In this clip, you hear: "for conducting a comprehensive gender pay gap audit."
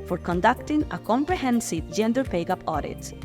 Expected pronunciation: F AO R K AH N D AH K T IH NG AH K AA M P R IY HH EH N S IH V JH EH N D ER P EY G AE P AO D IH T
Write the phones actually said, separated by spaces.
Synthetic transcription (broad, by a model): F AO R K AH N D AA K T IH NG AH K AA M P R IY HH EH N S IH V JH EH N D ER P EY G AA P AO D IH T